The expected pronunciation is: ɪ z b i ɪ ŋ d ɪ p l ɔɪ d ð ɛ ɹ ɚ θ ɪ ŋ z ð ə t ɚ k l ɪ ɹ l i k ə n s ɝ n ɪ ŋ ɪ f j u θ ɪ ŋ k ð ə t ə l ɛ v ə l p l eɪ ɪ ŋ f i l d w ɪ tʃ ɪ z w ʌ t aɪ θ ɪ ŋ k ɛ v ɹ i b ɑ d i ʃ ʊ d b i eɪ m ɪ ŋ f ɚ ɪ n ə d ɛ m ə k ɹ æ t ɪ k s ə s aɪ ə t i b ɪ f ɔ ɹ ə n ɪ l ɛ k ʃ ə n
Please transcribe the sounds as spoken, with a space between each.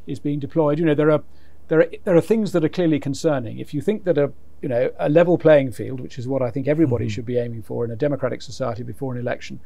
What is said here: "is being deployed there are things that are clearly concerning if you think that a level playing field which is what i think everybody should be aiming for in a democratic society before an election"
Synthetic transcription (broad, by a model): ɪ z b i ɪ ŋ d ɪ p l ɔɪ d ð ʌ ɹ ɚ θ ɪ ŋ z ð ə t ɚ k l ɪ ɹ l i k ə n s ɝ n ɪ ŋ ɪ f j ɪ θ ɪ ŋ k ð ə t ə l ɛ v ə l p l eɪ ɪ ŋ f i l d w ɪ tʃ ɪ z w ʌ t aɪ θ ɪ ŋ k ɛ v ɹ i b ɑ d i ʃ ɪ d b i eɪ m ɪ ŋ f ɚ ɪ n ə d ɛ m ə k ɹ æ t ɪ k s ə s aɪ ə t i b ɪ f ɔ ɹ ə n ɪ l ɛ k ʃ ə n